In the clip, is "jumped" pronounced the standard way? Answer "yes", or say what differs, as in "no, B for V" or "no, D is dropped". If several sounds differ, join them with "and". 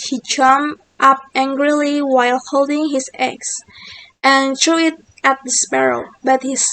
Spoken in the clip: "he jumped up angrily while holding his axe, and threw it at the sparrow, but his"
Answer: no, P is dropped